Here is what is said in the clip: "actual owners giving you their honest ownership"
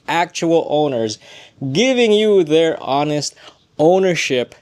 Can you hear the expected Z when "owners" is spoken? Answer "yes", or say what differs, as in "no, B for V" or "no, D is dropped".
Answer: yes